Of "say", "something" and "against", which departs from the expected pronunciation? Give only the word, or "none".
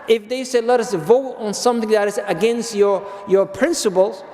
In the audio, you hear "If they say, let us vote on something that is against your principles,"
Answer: something